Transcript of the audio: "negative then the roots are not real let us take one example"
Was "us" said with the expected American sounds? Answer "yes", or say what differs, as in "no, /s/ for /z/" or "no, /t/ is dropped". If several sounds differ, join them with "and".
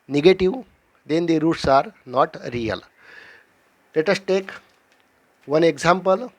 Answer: yes